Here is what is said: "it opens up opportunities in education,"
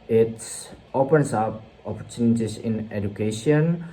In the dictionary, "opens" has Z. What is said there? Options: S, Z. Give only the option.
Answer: S